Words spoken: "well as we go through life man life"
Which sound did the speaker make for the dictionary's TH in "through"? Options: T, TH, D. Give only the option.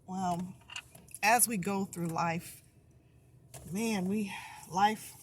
TH